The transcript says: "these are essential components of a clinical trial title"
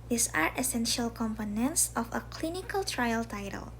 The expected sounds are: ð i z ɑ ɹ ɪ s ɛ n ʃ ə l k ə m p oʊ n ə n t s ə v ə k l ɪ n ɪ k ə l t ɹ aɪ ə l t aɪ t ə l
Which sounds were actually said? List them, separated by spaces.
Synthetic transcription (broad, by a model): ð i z ɑ ɹ ɪ s ɛ n ʃ ə l k ə m p oʊ n ə n t s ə f ə k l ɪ n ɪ k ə l t ɹ aɪ ə l t aɪ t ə l